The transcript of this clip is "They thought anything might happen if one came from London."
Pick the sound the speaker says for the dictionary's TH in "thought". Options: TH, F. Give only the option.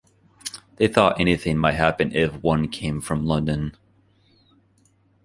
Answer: TH